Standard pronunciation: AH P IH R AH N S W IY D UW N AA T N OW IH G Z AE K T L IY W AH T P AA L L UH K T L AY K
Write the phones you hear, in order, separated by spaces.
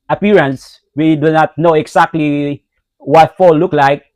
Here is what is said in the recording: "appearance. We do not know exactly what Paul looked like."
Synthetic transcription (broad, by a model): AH P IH R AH N S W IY D UW N AA T N OW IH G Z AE K T L IY W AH T F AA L L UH K L AY K